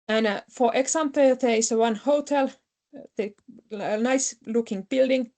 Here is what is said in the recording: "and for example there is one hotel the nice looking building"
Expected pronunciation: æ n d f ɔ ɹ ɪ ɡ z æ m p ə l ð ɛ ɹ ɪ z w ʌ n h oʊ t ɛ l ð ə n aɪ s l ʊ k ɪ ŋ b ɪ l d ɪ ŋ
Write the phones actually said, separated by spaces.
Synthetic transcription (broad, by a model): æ n f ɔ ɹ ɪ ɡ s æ m p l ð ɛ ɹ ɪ s w ʌ n h oʊ t ɛ l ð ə n aɪ s l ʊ k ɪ ŋ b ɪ l d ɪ ŋ